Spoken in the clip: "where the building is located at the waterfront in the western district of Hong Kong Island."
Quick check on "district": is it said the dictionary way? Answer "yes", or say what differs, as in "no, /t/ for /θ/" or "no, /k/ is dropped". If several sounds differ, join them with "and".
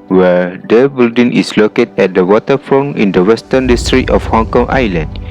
no, /k/ is dropped